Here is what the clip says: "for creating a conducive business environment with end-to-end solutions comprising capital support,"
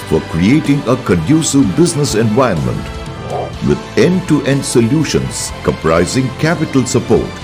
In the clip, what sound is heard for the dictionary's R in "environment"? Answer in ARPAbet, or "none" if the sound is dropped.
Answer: none